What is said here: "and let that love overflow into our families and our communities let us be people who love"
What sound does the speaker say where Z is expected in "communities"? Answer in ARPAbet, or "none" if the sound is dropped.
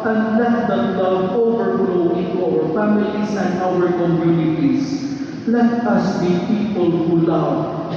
S